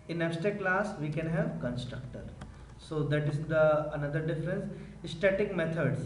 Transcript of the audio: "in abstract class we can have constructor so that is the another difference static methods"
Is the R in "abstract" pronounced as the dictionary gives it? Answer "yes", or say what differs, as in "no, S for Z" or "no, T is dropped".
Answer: no, R is dropped